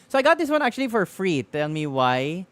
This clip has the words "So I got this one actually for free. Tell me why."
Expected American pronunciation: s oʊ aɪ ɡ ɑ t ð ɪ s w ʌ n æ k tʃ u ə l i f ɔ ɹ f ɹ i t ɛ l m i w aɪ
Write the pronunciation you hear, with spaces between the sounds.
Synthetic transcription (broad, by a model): s oʊ aɪ ɡ ɑ t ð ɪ s w ʌ n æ k tʃ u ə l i f ɔ ɹ f ɹ i t ɛ l m i w aɪ